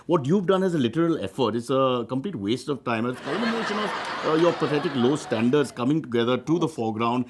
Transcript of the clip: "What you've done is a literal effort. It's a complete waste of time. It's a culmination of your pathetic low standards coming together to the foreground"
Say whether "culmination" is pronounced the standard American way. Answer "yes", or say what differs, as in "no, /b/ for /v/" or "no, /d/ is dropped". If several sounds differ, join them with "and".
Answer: no, /l/ is dropped